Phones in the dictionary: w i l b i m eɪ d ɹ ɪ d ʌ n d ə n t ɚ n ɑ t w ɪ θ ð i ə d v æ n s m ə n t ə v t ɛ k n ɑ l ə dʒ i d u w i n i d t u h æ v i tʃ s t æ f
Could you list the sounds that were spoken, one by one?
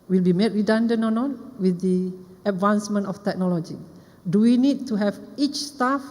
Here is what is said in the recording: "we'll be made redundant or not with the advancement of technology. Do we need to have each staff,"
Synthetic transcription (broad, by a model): w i l b i m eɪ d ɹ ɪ d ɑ n d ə n ɔ n ɑ t w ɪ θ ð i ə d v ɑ n s m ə n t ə f t ɛ k n ɑ l ə dʒ i d u w i n i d t u h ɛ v i tʃ s t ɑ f